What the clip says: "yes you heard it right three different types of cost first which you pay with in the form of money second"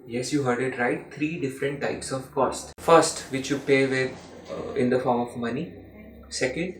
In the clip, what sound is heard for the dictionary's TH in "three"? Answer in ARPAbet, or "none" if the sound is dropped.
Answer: T